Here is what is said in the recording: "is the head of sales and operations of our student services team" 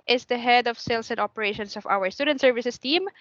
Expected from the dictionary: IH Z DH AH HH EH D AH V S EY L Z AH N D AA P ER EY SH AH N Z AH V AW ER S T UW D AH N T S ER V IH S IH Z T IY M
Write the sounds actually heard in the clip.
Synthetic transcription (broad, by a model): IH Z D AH HH EH D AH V S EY L S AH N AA P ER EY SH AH N S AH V AW ER S T UW D AH N T S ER V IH S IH S T IY M